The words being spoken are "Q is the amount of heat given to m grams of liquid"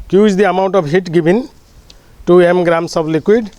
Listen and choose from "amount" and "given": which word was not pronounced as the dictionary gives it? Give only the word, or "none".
given